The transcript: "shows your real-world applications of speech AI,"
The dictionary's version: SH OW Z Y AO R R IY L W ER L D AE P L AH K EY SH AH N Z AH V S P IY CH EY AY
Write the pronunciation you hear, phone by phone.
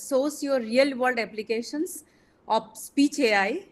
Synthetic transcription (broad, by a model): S OW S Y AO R R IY L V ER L D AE P L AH K EY SH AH N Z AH P S P IY CH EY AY